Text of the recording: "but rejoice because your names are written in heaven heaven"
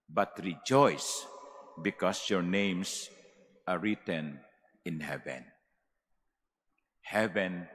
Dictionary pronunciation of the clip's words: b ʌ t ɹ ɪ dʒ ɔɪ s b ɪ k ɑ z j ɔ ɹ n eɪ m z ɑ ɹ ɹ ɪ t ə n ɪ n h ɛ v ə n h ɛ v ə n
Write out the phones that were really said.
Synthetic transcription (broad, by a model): b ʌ t ɹ ɪ dʒ ɔɪ s b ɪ k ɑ s j ɔ ɹ n eɪ m s ɑ ɹ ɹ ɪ t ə n ɪ n h ɛ v ə n h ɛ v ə n